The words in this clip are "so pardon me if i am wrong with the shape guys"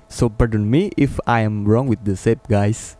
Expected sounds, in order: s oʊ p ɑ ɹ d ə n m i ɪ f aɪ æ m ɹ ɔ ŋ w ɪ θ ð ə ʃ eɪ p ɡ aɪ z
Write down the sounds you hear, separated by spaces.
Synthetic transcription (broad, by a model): s oʊ p ɑ ɹ d ə n m i ɪ f aɪ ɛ m ɹ ɔ ŋ w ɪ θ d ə s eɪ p ɡ aɪ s